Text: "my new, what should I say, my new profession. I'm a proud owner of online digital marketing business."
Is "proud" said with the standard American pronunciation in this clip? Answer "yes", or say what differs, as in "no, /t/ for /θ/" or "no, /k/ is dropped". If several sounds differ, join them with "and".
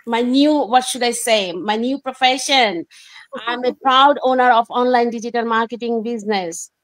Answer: yes